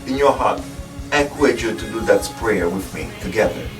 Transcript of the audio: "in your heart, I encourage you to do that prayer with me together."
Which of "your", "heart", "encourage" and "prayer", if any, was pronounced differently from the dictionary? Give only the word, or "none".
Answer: encourage